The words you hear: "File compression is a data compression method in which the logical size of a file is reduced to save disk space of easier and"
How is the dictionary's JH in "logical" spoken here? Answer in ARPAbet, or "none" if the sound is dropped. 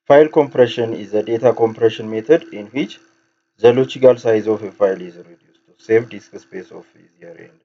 CH